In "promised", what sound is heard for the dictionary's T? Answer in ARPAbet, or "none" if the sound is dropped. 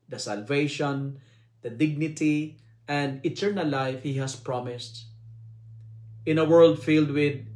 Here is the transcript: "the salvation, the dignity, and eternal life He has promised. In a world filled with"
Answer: T